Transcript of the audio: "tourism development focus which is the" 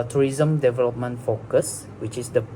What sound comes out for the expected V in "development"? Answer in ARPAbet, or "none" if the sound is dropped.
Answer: V